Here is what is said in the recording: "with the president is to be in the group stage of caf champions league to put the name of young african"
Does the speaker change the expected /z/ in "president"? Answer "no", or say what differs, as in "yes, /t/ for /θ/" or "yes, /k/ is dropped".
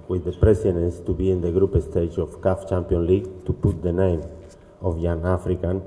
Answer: yes, /s/ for /z/